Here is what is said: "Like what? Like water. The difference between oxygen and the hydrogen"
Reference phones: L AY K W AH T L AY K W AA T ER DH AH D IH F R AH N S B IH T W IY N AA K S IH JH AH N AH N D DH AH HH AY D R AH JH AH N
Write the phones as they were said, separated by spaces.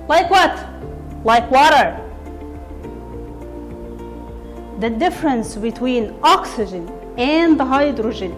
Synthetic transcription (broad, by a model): L AY K W AH T L AY K W AA T ER DH AH D IH F R AH N S B IH T W IY N AA K S IH JH AH N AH N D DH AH HH AY D R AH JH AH N